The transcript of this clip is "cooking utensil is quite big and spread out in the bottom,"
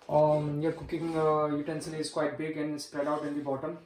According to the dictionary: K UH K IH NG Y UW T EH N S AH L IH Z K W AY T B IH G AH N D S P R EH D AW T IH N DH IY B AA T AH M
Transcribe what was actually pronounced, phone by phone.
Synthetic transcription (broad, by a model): K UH K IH NG Y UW T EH N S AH N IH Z K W AY T B IH G AH N D S P R EH D AW T IH N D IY B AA T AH M